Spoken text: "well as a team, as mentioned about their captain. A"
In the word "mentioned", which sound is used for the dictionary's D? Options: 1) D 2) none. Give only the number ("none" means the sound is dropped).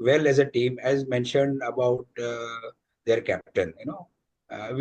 1